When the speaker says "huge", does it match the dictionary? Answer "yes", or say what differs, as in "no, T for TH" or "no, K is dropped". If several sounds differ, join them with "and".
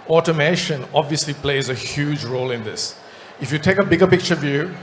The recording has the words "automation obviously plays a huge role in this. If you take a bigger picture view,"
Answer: yes